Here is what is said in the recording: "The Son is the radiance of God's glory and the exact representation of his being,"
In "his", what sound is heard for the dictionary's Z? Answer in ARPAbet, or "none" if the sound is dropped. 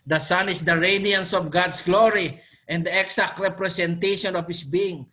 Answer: S